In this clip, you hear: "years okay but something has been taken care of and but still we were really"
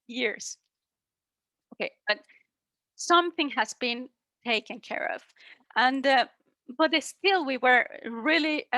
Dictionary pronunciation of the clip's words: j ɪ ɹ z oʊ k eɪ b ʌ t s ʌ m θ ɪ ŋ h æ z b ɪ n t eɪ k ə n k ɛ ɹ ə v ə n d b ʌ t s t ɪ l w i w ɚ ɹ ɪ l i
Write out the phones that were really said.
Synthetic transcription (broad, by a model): j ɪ ɹ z oʊ k eɪ b ʌ t s ʌ m θ ɪ ŋ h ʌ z b ɪ n t eɪ k ə n k ɛ ɹ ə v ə n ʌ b ʌ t s t ɪ l w i w ɚ ɹ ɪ l i